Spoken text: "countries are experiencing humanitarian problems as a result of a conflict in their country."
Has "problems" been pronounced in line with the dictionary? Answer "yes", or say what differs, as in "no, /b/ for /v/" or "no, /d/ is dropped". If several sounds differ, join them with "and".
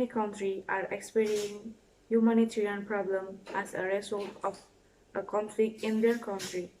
no, /z/ is dropped